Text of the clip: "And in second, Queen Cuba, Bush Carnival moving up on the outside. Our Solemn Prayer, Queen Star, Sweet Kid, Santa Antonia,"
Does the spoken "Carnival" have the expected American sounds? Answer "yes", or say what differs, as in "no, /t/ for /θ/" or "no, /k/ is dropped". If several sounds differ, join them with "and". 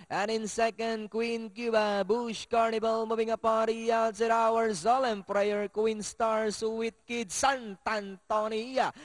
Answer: no, /b/ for /v/